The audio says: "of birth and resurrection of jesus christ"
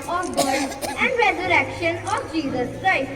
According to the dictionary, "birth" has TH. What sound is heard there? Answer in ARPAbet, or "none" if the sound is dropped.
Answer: S